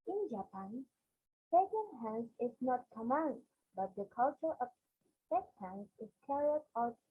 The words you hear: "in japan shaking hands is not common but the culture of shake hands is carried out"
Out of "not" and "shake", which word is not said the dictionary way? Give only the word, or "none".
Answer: shake